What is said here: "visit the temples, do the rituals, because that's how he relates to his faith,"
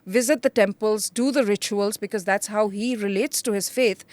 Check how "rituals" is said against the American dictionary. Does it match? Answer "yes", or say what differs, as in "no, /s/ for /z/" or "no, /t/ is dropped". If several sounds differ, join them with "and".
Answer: yes